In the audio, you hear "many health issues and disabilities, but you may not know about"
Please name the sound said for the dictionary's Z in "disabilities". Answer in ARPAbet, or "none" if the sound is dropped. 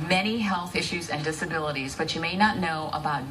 Z